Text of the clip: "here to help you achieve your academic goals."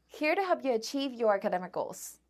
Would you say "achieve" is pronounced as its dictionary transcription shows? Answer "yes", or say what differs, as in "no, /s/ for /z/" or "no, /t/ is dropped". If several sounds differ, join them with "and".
yes